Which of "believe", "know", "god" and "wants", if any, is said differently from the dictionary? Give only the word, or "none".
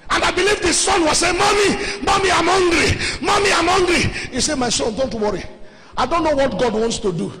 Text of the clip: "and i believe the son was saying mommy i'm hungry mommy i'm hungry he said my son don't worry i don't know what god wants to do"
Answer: none